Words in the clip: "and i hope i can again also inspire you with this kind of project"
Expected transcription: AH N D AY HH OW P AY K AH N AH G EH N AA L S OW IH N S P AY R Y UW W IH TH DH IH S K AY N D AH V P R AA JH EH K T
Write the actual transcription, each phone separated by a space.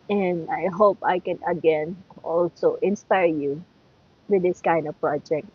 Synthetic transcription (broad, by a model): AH N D AY HH OW P AY K AH N AH G EH N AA L S OW IH N S P AY R Y UW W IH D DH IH S K AY N D AH V P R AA JH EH K T